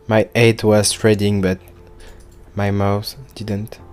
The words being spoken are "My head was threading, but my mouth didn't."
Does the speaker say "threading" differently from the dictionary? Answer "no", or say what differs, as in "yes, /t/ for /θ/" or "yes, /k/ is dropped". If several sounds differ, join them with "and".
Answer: yes, /t/ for /θ/